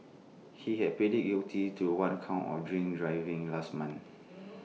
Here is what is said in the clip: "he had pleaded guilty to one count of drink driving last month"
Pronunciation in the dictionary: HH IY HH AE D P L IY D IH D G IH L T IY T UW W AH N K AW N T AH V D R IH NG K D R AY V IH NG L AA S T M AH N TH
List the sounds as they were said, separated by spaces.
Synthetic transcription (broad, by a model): HH IY HH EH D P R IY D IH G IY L T IY T UW W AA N K AW N AH F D R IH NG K D R AY V IH NG L AA S T M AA N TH